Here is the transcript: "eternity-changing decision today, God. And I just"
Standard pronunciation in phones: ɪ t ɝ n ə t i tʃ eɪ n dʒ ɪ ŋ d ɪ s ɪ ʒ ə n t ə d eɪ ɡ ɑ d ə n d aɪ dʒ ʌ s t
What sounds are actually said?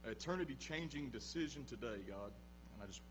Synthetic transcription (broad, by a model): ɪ t ɝ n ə t i tʃ eɪ n dʒ ɪ ŋ d ɪ s ɪ ʒ ə n t ə d eɪ ɡ ɑ d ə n aɪ dʒ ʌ s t